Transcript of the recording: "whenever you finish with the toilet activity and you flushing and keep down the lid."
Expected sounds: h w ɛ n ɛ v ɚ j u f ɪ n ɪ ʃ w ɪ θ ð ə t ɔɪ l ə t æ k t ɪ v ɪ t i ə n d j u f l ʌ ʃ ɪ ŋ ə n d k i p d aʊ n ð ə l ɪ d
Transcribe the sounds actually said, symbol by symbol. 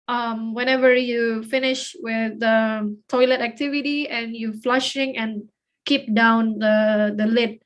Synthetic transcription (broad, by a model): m w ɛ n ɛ v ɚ j u f ɪ n ɪ ʃ w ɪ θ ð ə t ɔɪ l ə t æ k t ɪ v ɪ t i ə n j u f l ʌ ʃ ɪ ŋ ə n k i p d aʊ n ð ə l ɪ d